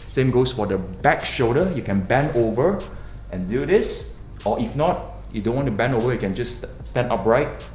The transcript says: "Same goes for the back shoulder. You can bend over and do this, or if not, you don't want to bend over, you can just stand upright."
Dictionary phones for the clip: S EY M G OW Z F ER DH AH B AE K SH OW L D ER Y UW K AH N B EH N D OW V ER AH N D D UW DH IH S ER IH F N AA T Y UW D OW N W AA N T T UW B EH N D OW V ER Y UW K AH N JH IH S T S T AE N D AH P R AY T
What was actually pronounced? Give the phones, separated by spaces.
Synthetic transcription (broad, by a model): S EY M G OW S F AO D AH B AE K SH OW D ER Y UW K AH N B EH N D OW V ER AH N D D UW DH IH S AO IH F N AA T Y UW D OW N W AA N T T UW B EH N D OW V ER Y UW K AH N JH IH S S T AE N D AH P R AY T